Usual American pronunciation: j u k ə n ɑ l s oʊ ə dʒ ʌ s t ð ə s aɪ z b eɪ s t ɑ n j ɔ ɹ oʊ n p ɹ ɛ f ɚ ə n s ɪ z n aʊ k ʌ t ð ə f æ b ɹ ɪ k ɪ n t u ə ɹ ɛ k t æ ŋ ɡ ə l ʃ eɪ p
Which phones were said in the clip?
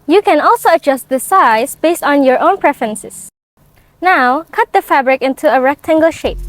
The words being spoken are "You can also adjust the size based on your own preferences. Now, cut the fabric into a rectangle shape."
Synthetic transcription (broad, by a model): j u k ə n ɑ l s oʊ ə dʒ ʌ s t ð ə s aɪ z b eɪ s t ɑ n j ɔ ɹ oʊ n p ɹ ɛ f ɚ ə n s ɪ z n aʊ k ʌ t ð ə f æ b ɹ ɪ k ɪ n t u ə ɹ ɛ k t æ ŋ ɡ ə l ʃ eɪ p